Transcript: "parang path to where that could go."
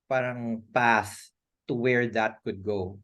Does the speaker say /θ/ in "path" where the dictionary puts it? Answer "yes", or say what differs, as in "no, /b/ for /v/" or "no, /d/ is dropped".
no, /s/ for /θ/